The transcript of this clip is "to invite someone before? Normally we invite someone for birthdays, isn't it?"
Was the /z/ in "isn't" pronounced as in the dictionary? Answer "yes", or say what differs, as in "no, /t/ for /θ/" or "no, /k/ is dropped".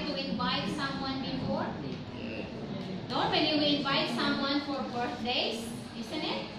no, /s/ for /z/